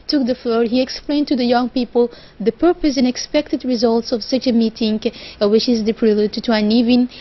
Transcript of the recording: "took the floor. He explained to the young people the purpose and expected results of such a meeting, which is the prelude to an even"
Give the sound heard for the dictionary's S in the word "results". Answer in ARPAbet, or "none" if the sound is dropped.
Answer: S